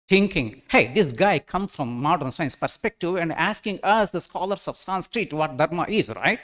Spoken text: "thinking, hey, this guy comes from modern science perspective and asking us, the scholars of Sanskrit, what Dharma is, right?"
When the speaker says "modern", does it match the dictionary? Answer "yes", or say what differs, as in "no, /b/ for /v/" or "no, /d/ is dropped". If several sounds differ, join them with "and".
yes